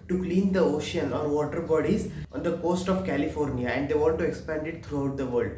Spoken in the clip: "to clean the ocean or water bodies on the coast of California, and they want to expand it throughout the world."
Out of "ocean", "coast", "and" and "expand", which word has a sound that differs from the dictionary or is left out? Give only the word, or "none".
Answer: none